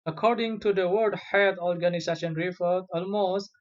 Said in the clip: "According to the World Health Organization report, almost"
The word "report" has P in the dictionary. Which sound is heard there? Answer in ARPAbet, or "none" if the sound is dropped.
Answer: F